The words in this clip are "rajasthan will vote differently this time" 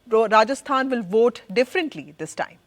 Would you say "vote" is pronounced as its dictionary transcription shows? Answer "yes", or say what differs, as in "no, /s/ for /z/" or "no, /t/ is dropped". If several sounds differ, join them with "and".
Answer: yes